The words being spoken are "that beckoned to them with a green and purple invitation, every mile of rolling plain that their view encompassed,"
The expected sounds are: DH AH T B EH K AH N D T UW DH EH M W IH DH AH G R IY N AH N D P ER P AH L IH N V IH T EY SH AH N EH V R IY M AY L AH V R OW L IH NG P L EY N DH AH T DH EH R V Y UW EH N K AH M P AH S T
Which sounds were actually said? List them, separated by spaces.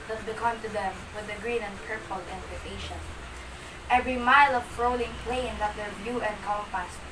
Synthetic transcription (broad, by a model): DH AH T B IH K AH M T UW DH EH M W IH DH AH G R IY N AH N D P ER P AH L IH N P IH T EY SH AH N EH V R IY M AY L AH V R OW L IH NG P L EY N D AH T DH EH R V Y UW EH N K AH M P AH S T